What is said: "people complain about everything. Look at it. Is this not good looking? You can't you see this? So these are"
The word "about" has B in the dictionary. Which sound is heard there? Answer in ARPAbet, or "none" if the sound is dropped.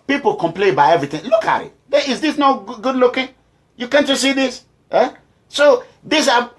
none